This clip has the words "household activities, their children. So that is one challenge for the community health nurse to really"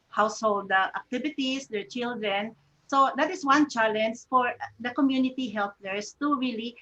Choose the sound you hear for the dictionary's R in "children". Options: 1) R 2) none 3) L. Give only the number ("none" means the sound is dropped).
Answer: 1